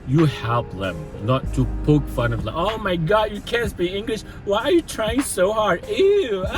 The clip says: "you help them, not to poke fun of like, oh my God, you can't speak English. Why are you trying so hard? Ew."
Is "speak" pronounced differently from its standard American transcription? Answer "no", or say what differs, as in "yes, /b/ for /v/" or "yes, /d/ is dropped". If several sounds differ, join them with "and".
yes, /b/ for /p/ and /k/ is dropped